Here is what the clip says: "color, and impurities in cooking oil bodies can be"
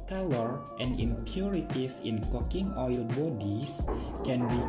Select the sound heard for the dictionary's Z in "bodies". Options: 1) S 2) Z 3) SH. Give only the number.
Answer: 1